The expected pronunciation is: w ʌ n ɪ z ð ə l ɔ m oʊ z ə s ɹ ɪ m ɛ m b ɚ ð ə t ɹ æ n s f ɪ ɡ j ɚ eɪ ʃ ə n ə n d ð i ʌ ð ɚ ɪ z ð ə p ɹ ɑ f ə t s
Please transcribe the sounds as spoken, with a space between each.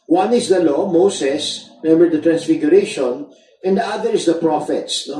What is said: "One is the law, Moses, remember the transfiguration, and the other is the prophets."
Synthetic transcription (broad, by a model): w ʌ n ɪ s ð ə l ɔ m oʊ s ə s m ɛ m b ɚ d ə t ɹ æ n s f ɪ ɡ j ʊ eɪ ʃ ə n ə n d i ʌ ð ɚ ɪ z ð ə p ɹ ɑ f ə t s